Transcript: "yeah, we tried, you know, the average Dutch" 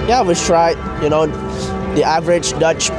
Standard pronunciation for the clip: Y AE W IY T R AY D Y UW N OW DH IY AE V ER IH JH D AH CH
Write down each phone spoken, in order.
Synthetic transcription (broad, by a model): Y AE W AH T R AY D Y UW N OW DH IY AE V ER IH JH D AH CH